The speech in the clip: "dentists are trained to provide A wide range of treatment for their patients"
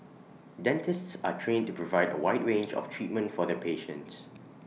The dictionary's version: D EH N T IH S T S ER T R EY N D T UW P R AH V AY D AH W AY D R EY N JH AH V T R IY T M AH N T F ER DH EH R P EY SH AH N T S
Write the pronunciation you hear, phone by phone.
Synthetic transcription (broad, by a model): D EH N T IH S T S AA T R EY N T UW P R AH V AY D AH W AY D R EY N JH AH F T R IY T M AH N T F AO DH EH P EY SH AH N T S